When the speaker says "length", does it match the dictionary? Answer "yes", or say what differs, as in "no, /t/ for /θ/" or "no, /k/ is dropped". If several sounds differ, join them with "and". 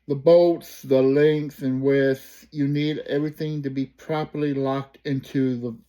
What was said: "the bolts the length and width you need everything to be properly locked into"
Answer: no, /s/ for /θ/